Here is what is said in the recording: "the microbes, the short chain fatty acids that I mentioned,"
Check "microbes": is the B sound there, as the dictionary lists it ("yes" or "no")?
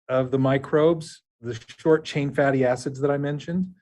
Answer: yes